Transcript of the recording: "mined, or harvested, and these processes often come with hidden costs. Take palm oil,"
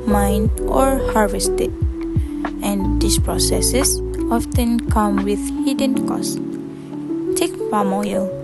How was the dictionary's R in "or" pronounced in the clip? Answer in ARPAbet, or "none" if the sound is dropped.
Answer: R